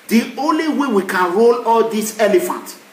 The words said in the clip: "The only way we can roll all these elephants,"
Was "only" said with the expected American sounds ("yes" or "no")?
yes